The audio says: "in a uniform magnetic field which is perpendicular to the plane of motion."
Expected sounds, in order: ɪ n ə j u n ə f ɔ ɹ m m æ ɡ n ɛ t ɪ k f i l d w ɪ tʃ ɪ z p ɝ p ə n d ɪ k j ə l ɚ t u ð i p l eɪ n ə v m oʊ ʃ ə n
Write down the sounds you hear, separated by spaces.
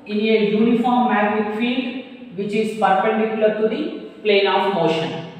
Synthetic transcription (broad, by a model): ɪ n ə j u n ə f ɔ ɹ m m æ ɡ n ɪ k f i l d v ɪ tʃ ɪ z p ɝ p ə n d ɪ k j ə l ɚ t u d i p l eɪ n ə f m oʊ ʃ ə n